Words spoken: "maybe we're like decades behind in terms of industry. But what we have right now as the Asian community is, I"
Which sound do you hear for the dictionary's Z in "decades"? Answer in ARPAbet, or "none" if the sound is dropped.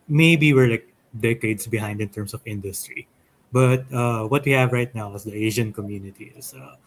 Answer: S